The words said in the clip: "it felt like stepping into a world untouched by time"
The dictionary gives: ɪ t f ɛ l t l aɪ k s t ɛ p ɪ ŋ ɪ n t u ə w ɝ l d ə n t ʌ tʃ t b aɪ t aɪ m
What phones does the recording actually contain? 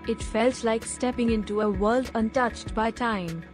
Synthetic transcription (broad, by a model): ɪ t f ɛ l t l aɪ k s t ɛ p ɪ ŋ ɪ n t u ə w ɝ l d ə n t ʌ tʃ t b aɪ t aɪ m